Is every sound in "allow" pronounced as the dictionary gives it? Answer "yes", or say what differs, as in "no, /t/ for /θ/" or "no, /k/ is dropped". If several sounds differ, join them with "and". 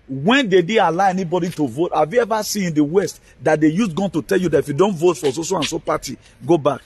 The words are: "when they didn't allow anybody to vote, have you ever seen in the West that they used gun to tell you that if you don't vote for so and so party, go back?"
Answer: no, /l/ is dropped